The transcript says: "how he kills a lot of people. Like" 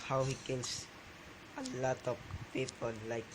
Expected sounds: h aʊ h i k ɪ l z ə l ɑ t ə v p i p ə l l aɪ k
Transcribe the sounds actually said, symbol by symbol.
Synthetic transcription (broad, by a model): h aʊ h i k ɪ l s ə l ɑ t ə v p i p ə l l aɪ k